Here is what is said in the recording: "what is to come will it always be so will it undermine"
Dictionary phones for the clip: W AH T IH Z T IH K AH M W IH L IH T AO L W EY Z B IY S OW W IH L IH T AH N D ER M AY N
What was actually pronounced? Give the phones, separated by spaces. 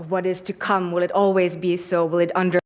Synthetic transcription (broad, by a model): W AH T IH Z T IH K AH M W IH L IH T AO L W EY Z B IY S OW W IH L IH T AH N D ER